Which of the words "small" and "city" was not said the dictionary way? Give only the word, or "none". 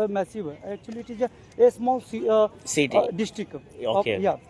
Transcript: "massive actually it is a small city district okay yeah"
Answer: city